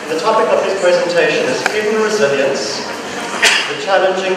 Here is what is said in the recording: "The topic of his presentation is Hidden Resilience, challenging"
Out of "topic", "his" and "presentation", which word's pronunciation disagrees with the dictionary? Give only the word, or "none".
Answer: his